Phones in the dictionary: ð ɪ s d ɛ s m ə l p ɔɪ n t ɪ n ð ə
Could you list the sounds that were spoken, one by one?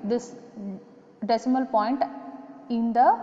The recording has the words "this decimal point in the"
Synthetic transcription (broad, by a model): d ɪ s d ɛ s m ə l p ɔɪ n t ɪ n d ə